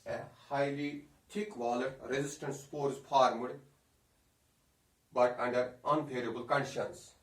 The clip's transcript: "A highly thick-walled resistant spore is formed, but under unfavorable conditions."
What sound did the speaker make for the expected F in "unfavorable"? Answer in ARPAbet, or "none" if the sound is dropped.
P